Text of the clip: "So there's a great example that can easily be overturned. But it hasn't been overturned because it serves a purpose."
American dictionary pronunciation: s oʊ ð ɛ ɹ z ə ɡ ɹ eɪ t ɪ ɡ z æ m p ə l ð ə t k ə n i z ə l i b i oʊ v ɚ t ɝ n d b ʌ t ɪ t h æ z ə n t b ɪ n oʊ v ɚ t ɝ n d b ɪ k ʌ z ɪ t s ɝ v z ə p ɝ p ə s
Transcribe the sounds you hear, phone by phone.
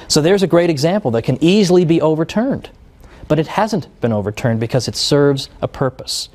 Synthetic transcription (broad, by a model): s oʊ ð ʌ ɹ z ə ɡ ɹ eɪ t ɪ ɡ z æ m p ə l ð ə t k ə n i z l i b i oʊ v ɚ t ɝ n d b ʌ t ɪ t h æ z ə n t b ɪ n oʊ v ɚ t ɝ n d b ɪ k ʌ z ɪ t s ɝ v z ə p ɝ p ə s